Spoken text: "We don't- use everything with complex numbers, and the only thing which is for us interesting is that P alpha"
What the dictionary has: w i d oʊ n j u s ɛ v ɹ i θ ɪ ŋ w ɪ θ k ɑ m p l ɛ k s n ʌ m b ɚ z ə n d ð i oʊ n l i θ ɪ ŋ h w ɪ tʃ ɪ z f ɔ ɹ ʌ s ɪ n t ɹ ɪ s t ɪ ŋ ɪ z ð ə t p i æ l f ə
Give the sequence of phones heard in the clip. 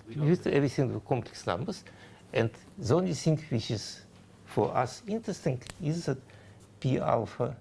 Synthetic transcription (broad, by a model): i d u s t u ɛ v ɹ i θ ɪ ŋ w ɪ k ɑ m p l ɛ k s n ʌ m b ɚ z ə n d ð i oʊ n l i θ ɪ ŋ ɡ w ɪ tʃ ɪ z f ɔ ɹ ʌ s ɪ n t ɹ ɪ s t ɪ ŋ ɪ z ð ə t p i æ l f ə